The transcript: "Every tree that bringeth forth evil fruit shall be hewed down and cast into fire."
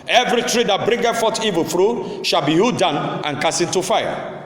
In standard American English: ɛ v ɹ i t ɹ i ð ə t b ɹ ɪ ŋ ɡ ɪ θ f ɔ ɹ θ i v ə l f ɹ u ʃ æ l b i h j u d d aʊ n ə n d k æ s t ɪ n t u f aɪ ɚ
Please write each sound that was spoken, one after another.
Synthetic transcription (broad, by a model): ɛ v ɹ i t ɹ i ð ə t b ɹ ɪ ŋ ɡ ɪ f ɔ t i v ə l f ɹ u ʃ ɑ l b i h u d d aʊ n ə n k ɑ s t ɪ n t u f aɪ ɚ